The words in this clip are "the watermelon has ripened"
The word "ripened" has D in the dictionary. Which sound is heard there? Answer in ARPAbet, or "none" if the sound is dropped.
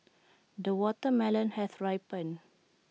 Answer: none